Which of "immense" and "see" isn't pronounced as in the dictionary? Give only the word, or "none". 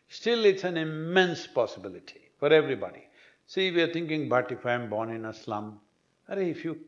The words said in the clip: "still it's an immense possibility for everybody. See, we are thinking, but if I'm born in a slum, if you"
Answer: none